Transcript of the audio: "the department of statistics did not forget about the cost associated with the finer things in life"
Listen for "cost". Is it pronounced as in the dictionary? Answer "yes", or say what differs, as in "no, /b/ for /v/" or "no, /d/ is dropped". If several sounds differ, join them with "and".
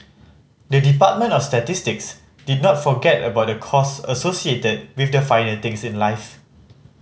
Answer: no, /t/ is dropped